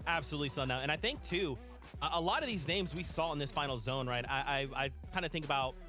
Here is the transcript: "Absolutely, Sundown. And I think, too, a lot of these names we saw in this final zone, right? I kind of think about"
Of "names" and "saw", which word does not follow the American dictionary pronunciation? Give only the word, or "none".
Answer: none